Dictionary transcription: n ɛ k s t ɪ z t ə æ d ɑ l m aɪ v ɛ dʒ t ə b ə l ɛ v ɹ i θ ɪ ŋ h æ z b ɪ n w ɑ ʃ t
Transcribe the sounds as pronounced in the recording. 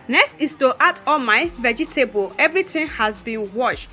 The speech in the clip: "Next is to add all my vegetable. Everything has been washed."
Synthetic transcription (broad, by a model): n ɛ k s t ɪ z t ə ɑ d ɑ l m aɪ v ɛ dʒ t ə b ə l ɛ v ɹ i t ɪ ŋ h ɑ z b ɪ n w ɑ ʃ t